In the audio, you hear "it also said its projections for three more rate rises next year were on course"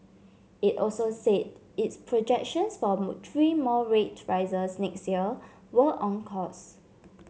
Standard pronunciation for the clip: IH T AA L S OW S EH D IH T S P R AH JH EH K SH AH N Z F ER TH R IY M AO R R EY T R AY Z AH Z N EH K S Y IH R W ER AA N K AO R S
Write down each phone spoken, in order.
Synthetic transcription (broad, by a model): IH T AA L S OW S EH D IH T S P R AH JH EH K SH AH N S F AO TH R IY M AO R R EY T R AY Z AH S N EH K S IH L W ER AA N K AO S